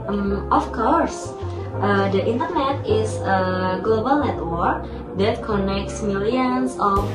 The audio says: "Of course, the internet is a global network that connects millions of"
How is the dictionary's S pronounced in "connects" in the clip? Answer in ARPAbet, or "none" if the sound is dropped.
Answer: S